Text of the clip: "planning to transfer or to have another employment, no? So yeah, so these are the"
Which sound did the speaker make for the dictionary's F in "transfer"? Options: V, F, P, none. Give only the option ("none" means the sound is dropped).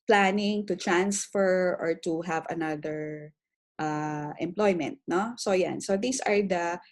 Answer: F